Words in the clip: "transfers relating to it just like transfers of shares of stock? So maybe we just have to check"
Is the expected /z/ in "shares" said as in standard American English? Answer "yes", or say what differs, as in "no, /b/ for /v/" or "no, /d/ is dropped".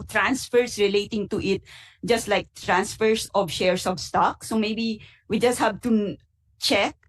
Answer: no, /s/ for /z/